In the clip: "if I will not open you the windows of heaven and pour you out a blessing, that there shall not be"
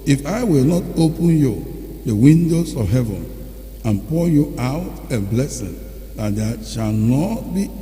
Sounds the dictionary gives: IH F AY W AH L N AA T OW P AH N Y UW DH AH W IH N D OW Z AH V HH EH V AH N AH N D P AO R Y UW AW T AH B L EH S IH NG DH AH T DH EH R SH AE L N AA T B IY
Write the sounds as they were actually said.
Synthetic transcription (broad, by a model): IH F AY W AH L N AA T OW P AH N Y UW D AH W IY N D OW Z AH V HH EH V AH N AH N P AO Y UW AW T AH B L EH S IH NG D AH T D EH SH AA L N AA T B IY